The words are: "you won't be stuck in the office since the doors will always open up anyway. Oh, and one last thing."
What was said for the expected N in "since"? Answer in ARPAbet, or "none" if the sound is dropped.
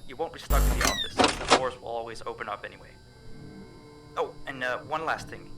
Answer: none